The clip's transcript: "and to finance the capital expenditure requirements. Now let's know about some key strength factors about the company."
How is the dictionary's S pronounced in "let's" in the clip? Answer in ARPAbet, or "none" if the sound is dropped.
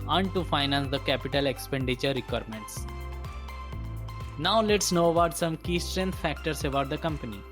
S